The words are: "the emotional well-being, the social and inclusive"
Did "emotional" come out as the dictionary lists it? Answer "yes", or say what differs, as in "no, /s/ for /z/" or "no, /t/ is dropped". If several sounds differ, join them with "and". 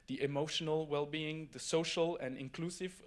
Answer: yes